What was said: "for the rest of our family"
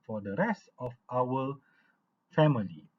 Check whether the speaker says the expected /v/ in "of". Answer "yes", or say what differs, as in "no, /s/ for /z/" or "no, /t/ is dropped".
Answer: no, /f/ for /v/